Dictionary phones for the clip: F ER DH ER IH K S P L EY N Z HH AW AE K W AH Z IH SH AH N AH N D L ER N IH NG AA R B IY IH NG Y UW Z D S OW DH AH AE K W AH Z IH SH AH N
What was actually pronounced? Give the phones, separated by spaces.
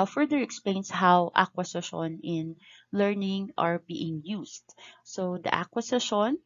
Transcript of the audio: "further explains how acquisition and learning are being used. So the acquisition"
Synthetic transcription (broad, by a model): F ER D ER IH K S P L EY N S HH AW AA K W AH S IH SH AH N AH N L ER N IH NG AA R B IY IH NG Y UW S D S OW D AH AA K W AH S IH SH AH N